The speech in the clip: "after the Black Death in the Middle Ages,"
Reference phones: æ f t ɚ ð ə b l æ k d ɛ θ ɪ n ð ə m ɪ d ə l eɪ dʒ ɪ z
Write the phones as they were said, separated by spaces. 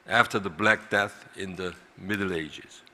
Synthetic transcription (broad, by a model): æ f t ɚ ð ə b l æ k d ɛ θ ɪ n ð ə m ɪ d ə l eɪ dʒ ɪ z